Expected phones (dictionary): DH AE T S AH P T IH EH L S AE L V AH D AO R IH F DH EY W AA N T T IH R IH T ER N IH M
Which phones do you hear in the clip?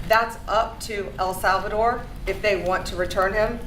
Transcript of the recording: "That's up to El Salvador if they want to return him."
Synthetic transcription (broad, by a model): DH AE T S AH P T IH EH L S AE L V AH D AO R IH F DH EY W AA N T T IH R IH T ER N IH M